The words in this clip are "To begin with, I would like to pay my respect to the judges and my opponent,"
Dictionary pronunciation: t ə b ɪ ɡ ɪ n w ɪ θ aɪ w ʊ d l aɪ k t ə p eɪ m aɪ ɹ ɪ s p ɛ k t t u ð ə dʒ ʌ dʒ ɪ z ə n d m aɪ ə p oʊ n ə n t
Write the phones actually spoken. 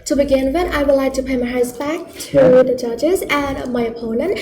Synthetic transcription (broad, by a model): t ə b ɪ ɡ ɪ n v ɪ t aɪ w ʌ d l aɪ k t ə p eɪ m aɪ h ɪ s b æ k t t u ð ə dʒ ʌ dʒ ɪ z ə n m aɪ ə p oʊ n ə n t